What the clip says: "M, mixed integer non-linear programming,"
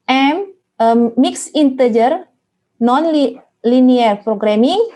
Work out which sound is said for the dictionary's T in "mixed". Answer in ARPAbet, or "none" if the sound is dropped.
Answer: none